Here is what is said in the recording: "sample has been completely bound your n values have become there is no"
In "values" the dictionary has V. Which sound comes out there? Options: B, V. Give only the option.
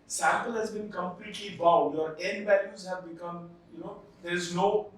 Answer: B